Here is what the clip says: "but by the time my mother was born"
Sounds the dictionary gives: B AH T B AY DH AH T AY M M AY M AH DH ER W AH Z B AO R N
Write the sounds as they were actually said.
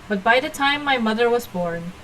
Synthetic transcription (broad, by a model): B AH T B AY DH AH T AY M M AY M AH DH ER W AH Z B AO R N